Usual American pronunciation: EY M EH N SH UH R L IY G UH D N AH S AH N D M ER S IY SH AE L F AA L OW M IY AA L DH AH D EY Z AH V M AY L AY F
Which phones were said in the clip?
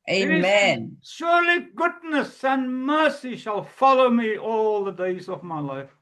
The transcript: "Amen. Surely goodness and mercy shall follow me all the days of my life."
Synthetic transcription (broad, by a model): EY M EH N SH UH R L IY G UH D N AH S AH N M ER S IY SH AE L F AA L OW M IY AA L DH AH D EY Z AH V M AY L AY F